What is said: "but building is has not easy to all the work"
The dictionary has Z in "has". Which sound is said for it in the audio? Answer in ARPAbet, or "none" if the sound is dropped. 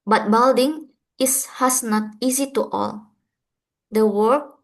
S